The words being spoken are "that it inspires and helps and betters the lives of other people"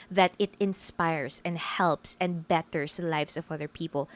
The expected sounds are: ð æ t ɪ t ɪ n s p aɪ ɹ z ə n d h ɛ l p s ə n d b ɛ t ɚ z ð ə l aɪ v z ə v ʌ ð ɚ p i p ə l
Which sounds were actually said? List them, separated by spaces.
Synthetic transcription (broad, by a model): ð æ t ɪ t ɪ n s p aɪ ɹ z ə n d h ɛ l p s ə n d b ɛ t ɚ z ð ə l aɪ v s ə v ʌ ð ɚ p i p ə l